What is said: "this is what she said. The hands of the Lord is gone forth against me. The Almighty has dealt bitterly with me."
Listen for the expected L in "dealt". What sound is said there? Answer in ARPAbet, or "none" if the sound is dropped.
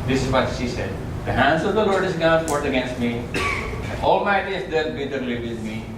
none